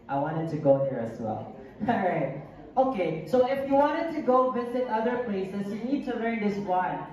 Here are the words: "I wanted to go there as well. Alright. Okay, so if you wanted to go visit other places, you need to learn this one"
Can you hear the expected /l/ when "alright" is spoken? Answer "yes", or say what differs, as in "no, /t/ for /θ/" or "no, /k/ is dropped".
no, /l/ is dropped